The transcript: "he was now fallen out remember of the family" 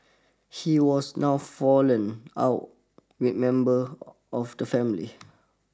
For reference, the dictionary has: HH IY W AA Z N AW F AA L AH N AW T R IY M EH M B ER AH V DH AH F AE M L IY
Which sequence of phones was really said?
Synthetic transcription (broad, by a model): HH IY W AA S N AW F AA L AH N AW T W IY M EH M B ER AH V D AH F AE M L IY